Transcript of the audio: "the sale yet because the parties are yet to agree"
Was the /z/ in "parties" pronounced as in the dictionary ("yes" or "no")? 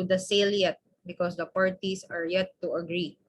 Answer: no